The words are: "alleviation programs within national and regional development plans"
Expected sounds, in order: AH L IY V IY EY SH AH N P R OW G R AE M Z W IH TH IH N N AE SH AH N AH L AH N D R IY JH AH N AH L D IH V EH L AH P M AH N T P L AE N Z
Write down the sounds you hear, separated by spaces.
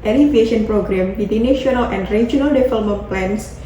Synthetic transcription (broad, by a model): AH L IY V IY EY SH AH N P R OW G R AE M W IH T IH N N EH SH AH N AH L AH N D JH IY AH N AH L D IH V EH L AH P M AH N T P L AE N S